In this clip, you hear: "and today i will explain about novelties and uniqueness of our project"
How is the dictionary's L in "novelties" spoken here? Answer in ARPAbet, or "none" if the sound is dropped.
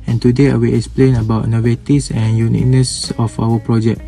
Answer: none